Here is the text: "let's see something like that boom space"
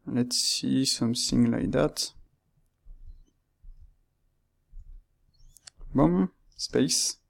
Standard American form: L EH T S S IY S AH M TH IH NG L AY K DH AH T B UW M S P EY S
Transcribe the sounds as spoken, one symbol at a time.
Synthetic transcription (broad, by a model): L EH T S S IY S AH M S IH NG L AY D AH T B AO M S P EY S